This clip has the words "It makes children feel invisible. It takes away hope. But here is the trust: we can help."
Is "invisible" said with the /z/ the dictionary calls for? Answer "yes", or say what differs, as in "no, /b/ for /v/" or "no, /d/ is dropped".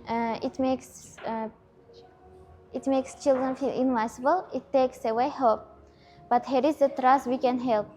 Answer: no, /s/ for /z/